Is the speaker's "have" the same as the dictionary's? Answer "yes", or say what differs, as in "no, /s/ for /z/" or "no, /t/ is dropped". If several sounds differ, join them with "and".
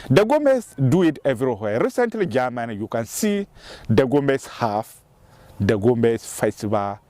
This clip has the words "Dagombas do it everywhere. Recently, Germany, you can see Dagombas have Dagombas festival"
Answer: no, /f/ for /v/